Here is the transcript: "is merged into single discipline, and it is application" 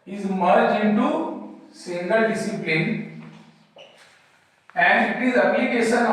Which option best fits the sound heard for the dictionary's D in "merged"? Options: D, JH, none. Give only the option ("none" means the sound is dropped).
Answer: none